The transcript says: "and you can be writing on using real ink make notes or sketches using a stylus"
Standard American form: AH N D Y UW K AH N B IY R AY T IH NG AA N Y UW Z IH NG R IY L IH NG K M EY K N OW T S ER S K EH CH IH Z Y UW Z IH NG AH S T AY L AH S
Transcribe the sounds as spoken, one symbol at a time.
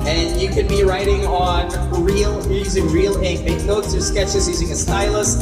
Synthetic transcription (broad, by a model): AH N Y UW K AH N B IY R AY T IH NG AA N Y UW Z IH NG R IY L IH K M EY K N OW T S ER S K EH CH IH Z Y UW Z IH NG AH S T AY L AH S